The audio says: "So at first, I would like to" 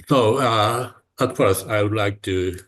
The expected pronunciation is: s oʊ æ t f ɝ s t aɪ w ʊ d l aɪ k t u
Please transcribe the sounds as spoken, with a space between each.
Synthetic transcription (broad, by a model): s oʊ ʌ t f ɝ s aɪ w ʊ d l aɪ k t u